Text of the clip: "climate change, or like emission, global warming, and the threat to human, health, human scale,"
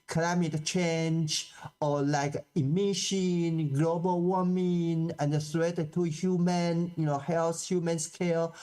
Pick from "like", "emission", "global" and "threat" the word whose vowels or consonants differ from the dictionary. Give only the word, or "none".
threat